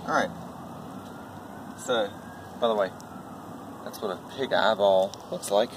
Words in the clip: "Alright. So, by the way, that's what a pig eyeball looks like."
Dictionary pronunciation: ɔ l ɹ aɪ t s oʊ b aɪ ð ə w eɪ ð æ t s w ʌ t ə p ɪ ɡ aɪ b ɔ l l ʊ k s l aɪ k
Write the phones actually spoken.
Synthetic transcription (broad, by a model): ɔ ɹ aɪ t s oʊ b aɪ ð ə w eɪ ð æ t s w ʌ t ə p ɪ ɡ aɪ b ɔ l w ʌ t s l aɪ k